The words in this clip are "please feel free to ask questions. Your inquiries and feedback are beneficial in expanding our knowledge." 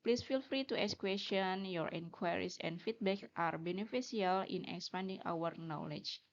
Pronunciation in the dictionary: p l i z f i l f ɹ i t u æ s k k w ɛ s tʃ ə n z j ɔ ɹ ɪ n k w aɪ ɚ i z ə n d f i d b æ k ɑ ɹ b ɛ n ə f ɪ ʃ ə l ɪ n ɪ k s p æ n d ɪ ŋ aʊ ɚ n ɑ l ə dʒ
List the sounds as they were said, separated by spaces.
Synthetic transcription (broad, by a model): p l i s f i l f ɹ i t u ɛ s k k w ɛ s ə n j ɔ ɹ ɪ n k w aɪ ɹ i s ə n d f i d b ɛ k ɑ ɹ b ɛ n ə f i s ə l ɪ n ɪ k s p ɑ n d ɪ ŋ aʊ ɚ n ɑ l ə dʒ